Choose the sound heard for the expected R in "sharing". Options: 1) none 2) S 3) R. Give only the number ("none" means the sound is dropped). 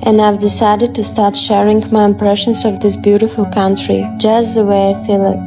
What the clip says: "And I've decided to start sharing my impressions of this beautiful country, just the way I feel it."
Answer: 3